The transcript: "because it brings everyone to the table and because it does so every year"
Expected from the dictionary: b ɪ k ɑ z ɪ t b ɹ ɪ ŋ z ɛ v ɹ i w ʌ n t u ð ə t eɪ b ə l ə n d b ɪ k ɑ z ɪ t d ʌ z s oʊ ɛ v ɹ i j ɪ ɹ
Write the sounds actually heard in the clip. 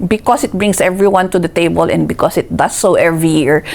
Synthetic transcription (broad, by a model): b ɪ k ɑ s ɪ t b ɹ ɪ ŋ s ɛ v ɹ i w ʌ n t u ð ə t eɪ b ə l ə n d b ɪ k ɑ s ɪ t d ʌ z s oʊ ɛ v ɹ i j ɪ ɹ